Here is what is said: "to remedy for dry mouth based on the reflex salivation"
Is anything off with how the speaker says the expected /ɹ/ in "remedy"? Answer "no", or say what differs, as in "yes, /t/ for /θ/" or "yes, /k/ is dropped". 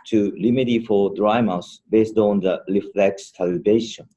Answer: yes, /l/ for /ɹ/